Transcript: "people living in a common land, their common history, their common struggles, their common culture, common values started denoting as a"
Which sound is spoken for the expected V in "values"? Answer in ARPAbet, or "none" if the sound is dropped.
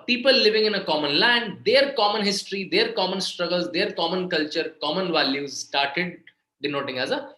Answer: V